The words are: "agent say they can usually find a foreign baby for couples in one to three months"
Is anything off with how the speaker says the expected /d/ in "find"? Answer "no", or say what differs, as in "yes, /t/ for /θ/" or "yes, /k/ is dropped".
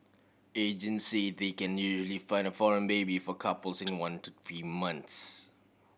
no